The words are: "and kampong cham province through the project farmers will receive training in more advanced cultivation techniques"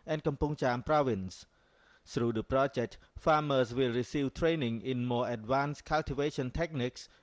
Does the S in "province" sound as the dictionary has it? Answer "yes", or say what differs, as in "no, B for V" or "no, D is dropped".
yes